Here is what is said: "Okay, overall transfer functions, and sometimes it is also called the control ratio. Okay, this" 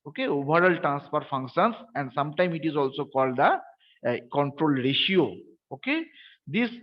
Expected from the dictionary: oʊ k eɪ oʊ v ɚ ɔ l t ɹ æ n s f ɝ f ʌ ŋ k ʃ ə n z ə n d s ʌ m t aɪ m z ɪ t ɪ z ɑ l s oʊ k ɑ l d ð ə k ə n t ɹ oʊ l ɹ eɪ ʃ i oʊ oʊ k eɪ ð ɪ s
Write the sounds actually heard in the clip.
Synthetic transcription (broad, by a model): oʊ k eɪ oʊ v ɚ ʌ l t ɹ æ n s p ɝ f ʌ ŋ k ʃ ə n s ə n d s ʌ m t aɪ m ɪ t ɪ z ɑ l s oʊ k ɑ l d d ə k ə n t ɹ oʊ l ɹ eɪ ʃ i oʊ oʊ k eɪ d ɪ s